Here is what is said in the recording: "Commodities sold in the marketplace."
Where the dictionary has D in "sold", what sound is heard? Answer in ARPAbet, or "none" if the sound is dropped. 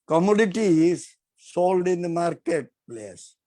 D